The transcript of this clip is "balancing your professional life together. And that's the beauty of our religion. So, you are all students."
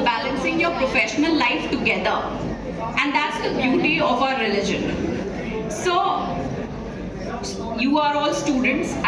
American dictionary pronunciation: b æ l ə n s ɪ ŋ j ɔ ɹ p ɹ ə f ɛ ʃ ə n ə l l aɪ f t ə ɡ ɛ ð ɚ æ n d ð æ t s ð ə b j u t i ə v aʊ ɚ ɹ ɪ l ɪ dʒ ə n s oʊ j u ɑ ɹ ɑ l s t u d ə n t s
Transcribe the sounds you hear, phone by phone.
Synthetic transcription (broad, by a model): b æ l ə n s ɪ ŋ j ɔ ɹ p ɹ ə f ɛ ʃ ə n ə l l aɪ f t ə ɡ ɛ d ɚ æ n d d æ t s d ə b j u t i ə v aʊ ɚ ɹ ɪ l ɪ dʒ ə n s oʊ j u ɑ ɹ ɑ l s t u d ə n t s